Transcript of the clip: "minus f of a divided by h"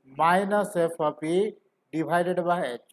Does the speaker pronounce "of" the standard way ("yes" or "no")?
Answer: no